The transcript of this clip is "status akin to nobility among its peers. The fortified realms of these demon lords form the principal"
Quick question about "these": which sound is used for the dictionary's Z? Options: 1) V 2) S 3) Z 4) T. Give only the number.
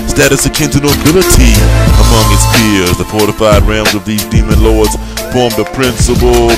3